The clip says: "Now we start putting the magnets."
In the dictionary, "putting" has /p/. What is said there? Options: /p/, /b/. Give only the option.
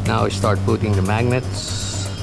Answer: /b/